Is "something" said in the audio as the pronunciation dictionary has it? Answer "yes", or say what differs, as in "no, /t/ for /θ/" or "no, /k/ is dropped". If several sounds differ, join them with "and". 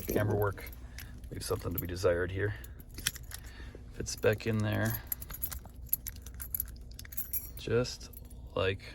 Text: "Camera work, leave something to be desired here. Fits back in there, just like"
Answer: yes